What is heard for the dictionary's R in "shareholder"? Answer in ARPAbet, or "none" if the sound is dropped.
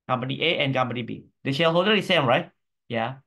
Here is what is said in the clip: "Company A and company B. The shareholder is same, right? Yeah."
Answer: L